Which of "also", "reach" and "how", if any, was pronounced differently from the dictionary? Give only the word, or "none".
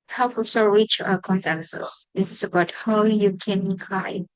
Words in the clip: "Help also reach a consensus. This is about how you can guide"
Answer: also